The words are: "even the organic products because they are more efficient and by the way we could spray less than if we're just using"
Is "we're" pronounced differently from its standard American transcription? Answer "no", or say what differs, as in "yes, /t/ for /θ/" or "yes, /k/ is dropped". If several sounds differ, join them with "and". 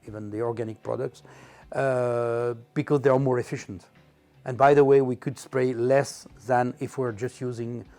no